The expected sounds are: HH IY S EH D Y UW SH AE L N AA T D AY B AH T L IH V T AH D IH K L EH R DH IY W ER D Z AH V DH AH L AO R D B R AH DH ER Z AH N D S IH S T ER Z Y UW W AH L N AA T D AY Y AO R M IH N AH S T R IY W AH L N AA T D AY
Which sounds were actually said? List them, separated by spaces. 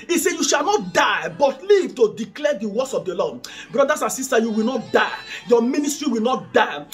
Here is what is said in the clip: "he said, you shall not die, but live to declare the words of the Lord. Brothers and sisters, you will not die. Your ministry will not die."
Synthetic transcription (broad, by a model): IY S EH Y UW SH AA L N AA T D AY B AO T L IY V T AH D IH K L EH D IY W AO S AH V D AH L AO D B R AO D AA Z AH N S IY S T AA Y UW W AH L N AA T D AY Y AO M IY N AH S T R IY W AH L N AA T D AY